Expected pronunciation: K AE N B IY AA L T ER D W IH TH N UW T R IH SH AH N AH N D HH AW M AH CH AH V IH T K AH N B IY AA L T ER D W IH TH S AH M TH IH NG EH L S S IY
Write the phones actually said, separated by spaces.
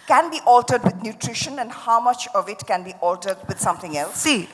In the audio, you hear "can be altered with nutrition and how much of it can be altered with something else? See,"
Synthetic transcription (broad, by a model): K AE N B IY AA L T ER D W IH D N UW T R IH SH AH N AH N D HH AW M AH CH AH V IH T K AH N B IY AA L T ER D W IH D S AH M T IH NG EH L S S IY